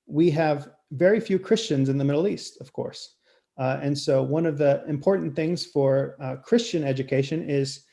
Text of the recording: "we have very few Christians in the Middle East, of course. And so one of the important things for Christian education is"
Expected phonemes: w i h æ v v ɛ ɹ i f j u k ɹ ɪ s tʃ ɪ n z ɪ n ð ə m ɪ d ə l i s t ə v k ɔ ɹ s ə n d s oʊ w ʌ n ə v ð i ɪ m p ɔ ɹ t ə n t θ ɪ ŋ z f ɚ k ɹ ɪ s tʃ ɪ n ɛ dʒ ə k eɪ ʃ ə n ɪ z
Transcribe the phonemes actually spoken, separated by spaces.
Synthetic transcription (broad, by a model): w i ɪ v v ɛ ɹ i f j u k ɹ ɪ s tʃ ɪ n z ɪ n ð ə m ɪ d l i s t ə v k ɔ ɹ s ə n s oʊ w ʌ n ə v ð i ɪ m p ɔ ɹ t n θ ɪ ŋ z f ɚ k ɹ ɪ s tʃ ɪ n ɛ dʒ ə k eɪ ʃ ə n ɪ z